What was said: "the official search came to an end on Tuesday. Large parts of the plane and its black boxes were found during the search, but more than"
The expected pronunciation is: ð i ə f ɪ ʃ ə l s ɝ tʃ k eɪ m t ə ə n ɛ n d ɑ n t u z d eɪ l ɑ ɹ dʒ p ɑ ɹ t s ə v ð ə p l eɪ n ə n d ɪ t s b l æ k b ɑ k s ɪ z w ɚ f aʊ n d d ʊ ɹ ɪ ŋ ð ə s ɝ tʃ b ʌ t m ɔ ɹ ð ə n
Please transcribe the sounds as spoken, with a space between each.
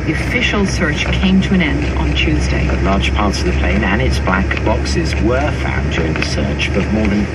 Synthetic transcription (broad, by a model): ð i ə f ɪ ʃ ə l s ɝ tʃ k eɪ m t ə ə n ɛ n d n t u z d eɪ l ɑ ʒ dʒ p ɑ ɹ t s ə v ð ə p l eɪ n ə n ɪ t s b l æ k b ɑ k s ɪ z w ɚ f aʊ n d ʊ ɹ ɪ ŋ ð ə s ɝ tʃ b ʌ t m ɔ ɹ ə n